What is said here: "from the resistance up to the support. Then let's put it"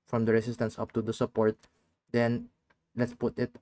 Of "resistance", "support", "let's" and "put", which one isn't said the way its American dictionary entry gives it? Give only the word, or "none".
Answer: resistance